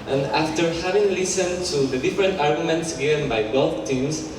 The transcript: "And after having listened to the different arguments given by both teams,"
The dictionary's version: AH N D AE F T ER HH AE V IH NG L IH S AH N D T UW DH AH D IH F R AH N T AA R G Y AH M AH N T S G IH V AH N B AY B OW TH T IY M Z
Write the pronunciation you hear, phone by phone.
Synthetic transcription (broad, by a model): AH N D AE F T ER HH AE V IH NG L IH S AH N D T UW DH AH D IH F R AH N T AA R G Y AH M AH N T S G IH V AH N B AY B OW F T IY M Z